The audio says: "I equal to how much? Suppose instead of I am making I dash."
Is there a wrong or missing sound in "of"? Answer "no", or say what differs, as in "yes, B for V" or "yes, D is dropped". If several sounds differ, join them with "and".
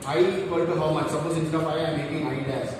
yes, P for V